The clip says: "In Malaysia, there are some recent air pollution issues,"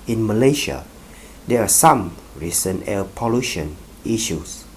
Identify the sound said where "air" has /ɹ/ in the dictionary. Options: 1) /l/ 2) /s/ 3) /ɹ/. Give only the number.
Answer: 1